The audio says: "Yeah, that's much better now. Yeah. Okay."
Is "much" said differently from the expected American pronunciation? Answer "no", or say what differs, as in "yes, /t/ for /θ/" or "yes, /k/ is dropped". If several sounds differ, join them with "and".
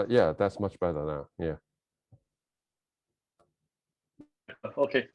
no